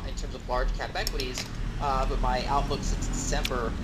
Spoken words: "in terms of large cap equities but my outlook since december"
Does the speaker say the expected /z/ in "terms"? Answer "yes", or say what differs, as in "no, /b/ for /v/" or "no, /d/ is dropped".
yes